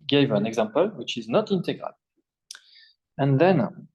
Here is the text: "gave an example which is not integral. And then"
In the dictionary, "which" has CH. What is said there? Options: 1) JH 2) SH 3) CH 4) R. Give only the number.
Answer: 3